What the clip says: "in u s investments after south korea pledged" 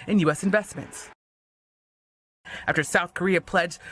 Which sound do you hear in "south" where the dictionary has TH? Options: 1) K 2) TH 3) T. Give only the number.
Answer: 2